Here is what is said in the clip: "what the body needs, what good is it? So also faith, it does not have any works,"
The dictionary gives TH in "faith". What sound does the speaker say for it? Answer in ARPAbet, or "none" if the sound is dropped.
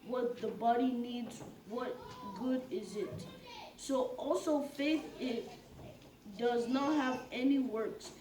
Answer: TH